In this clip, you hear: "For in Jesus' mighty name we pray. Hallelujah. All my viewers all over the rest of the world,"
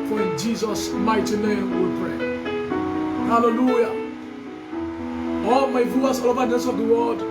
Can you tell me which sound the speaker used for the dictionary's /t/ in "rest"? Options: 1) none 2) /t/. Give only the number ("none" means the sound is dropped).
1